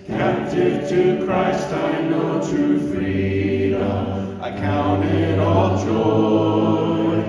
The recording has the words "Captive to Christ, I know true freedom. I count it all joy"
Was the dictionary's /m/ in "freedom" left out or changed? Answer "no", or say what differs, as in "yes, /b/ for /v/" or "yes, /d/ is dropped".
yes, /m/ is dropped